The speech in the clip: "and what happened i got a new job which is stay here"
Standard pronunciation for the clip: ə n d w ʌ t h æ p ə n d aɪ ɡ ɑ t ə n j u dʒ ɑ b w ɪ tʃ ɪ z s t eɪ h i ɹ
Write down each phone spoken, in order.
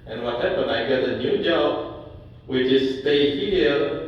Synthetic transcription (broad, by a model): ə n w ʌ t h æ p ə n aɪ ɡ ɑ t ə n j u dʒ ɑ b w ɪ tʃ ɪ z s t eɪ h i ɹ